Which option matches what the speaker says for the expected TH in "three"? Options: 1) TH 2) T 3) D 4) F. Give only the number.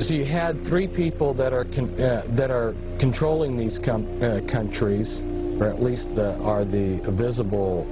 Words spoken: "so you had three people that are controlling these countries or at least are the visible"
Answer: 1